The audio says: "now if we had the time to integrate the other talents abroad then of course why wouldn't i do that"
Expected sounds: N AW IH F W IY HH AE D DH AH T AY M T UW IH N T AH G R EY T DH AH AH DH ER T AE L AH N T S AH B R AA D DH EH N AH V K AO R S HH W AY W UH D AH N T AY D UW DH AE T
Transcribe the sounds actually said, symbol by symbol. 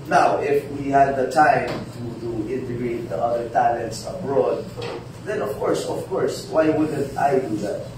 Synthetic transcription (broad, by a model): N AW IH F W IY HH AE D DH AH T AY M T UW IH N T AH G R EY T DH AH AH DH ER T AE L AH N T S AH B R AA D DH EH N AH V K AO R S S W AY W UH D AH N T AY D UW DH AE T